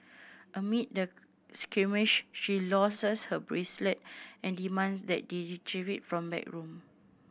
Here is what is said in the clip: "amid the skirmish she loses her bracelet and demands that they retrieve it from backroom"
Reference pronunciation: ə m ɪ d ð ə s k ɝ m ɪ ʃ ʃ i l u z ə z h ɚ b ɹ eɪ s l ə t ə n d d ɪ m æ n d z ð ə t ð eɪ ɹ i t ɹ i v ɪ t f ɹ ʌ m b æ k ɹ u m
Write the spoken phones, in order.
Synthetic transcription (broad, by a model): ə m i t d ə s k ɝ m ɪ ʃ ʃ i l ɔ s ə s h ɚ b ɹ eɪ s l ə t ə n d d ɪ m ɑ n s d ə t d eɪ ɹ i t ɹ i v ɪ t f ɹ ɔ m b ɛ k ɹ u m